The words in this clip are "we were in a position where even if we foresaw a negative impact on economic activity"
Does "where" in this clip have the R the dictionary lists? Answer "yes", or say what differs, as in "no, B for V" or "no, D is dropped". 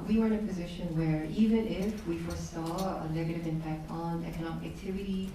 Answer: yes